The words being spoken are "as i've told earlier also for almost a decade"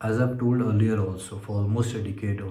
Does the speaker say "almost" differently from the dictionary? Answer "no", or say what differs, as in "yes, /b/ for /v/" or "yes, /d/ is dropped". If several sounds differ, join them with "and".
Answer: yes, /l/ is dropped